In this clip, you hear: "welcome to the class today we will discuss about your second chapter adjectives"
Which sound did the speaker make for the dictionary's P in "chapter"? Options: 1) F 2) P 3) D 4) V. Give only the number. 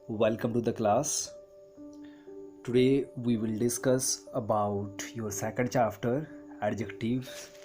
1